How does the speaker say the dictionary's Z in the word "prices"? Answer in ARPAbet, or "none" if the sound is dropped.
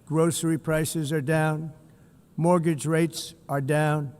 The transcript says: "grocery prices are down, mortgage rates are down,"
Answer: Z